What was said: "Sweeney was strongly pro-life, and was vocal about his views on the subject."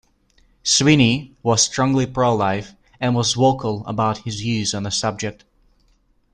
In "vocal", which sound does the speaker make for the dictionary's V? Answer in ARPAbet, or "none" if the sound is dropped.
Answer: W